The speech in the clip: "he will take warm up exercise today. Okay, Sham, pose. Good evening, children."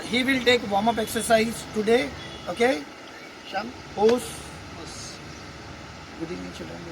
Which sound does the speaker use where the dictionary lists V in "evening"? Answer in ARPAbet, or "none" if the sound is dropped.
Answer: none